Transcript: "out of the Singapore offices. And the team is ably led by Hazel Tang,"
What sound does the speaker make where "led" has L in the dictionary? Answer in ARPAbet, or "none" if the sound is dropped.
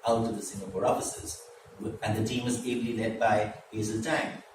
L